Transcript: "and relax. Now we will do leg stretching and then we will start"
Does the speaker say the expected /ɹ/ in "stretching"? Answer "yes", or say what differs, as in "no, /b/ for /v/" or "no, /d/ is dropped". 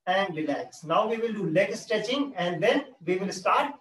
no, /ɹ/ is dropped